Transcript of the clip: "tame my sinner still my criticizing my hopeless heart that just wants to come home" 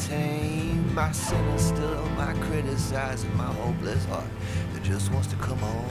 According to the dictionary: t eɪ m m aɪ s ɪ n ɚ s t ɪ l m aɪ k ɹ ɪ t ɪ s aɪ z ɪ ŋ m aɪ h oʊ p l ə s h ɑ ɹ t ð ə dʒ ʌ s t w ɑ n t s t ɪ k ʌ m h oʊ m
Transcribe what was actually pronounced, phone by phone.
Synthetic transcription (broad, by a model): t eɪ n m aɪ s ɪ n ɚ s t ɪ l m aɪ k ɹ ɪ t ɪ s aɪ z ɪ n m aɪ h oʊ b l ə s h ɑ ɹ t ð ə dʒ ʌ s t w ɑ n t s t ɪ k ʌ m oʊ